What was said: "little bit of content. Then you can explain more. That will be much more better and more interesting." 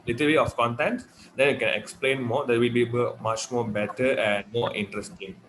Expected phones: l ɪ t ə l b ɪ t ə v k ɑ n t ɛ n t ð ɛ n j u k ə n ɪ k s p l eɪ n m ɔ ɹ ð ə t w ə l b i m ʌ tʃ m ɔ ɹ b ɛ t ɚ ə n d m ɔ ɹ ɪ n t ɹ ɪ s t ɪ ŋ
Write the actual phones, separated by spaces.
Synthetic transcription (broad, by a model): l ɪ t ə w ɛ ə f k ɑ n t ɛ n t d ɛ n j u k ə n ɪ k s p l eɪ n m ɔ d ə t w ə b b i m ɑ tʃ m ɔ b ɛ t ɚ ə n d m ɔ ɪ n t ɹ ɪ s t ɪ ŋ